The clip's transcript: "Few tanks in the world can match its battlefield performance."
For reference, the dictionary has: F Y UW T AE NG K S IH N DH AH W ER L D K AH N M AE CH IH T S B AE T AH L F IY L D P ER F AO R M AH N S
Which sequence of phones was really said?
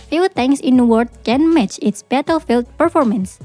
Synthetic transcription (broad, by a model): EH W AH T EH NG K S IH N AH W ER D K AH N M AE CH IH T S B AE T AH L F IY L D P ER F AO R M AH N S